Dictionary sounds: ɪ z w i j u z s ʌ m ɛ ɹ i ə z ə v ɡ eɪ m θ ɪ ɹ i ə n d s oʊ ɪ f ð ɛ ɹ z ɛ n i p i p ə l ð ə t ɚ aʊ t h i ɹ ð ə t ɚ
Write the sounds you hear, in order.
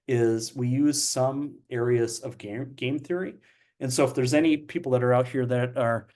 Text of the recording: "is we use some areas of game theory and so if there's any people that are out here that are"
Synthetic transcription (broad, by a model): ɪ z w i j u z s ʌ m ɛ ɹ i ə z ə v ɡ eɪ m θ ɪ ɹ i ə n s oʊ ɪ f ð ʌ ɹ z ɛ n i p i p l ð ə t ɚ aʊ t h i ɹ ð ə t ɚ